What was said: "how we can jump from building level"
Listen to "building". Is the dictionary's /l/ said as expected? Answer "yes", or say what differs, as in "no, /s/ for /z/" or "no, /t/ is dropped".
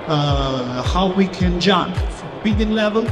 no, /l/ is dropped